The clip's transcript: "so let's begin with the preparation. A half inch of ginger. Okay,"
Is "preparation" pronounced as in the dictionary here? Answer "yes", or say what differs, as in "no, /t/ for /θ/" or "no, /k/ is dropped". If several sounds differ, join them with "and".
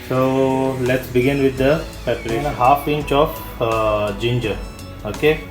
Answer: no, /ɹ/ is dropped